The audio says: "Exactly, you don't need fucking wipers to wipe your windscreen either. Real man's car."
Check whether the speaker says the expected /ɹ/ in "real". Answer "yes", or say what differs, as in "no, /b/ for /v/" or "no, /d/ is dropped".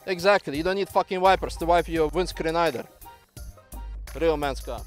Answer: yes